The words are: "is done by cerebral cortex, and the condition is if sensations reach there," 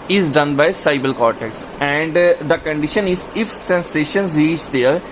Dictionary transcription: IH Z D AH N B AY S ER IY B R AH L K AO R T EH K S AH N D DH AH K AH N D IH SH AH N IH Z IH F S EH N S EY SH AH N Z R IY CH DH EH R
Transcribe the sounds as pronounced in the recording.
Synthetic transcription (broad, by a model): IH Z D AH N B AY S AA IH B AH L K AO R T EH K S AH N D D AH K AH N D IH SH AH N IH Z IH F S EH N S EY SH AH N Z R IY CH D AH R